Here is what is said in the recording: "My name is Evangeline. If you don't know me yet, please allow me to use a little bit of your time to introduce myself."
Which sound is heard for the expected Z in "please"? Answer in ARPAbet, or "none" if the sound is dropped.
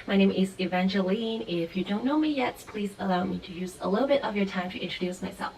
Z